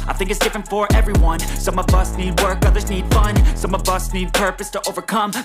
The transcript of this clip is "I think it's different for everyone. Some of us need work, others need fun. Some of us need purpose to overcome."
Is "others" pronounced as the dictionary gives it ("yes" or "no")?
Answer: yes